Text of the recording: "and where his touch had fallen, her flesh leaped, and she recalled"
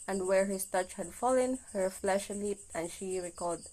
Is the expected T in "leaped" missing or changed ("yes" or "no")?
no